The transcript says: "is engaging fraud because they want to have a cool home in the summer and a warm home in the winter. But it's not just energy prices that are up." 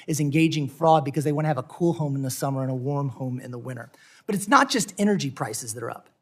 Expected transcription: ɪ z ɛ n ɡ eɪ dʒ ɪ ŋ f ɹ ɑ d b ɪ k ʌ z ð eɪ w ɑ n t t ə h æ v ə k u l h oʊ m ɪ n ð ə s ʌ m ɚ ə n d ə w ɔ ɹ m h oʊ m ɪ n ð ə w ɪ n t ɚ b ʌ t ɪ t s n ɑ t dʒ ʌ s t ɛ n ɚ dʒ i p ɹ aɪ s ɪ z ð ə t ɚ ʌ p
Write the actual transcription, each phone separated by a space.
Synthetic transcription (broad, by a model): ɪ z ɛ n ɡ eɪ dʒ ɪ ŋ f ɹ ɑ d b ɪ k ʌ z ð eɪ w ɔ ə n v ə k u l h oʊ m n ð ə s ʌ m ɚ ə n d ə w ɔ ɹ m h oʊ m ɪ n ð ə w ɪ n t ɚ b ʌ t ɪ t s n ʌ t dʒ ʌ s t ɛ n ɚ dʒ i p ɹ aɪ s ɪ z ð ə t ɚ ʌ p